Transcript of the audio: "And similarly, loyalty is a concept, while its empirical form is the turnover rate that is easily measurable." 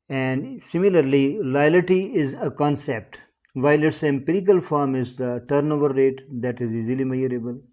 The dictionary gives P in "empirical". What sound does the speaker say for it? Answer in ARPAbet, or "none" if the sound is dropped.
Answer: P